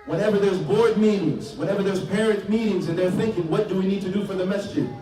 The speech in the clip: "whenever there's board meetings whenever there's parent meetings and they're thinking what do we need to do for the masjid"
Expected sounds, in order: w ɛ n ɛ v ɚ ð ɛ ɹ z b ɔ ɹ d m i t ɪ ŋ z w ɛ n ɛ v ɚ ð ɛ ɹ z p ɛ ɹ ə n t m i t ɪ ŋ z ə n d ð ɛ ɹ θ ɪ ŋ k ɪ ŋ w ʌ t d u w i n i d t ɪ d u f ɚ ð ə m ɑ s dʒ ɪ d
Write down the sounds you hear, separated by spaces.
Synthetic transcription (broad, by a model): w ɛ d ɛ v ɚ ð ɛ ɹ z b ɔ ɹ d m i t ɪ ŋ z w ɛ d ɛ v ɚ ð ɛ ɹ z p ɛ ɹ ə n t m i t ɪ ŋ z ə n ð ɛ ɹ θ ɪ ŋ k ɪ ŋ w ʌ t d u w i n i d t ɪ d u f ɚ ð ə m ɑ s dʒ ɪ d